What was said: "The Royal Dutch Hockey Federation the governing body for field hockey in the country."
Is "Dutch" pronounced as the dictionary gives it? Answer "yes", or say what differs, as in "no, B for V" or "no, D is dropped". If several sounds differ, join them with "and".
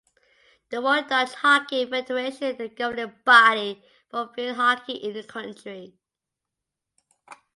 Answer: no, S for CH